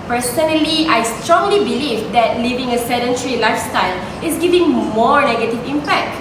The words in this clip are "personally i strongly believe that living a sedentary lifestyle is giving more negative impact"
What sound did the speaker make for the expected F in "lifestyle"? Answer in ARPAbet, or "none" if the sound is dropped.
F